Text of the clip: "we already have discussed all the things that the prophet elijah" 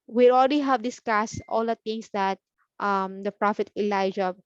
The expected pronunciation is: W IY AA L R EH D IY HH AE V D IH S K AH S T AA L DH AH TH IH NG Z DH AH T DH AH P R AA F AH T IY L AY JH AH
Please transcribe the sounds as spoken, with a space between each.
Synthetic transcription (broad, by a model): W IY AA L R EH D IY HH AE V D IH S K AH S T AA L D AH T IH NG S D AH T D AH P R AA F AH T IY L AY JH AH